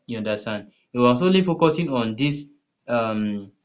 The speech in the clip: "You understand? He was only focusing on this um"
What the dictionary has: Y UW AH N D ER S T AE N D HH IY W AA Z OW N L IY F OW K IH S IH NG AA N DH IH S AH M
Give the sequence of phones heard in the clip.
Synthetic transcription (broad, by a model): Y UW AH N D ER S T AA N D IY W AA S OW L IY F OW K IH S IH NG AA N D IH S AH M